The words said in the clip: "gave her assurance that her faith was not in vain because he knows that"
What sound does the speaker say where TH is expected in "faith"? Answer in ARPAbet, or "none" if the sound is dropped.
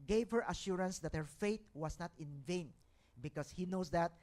T